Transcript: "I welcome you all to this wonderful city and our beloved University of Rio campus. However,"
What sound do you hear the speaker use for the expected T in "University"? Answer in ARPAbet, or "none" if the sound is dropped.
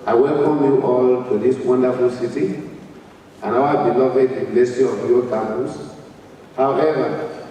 S